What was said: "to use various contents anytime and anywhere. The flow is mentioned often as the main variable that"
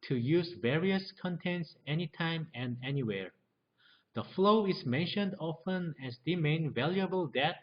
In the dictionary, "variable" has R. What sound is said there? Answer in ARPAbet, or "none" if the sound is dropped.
L